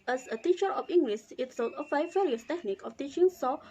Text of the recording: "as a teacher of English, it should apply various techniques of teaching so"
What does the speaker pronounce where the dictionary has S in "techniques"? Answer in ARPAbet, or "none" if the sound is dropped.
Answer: none